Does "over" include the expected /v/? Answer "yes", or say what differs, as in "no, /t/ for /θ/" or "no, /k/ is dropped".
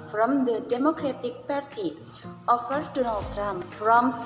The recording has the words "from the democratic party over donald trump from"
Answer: no, /f/ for /v/